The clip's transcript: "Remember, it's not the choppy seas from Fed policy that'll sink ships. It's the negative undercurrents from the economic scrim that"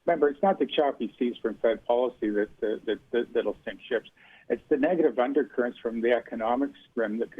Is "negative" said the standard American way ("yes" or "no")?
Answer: yes